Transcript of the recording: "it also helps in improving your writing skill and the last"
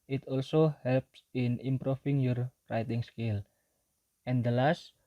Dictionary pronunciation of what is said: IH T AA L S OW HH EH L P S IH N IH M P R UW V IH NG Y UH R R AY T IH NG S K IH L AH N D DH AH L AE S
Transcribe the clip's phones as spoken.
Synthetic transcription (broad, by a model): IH T AA L S OW HH EH L P S IH N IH M P R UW F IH NG Y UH R R AY T IH NG S K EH L AH N D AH L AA S